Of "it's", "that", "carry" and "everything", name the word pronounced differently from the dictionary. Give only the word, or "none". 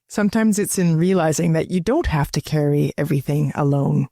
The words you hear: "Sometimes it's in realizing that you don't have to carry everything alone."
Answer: none